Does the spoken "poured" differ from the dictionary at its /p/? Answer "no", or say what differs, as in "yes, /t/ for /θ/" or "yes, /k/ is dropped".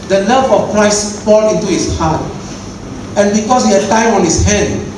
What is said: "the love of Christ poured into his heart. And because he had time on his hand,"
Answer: yes, /f/ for /p/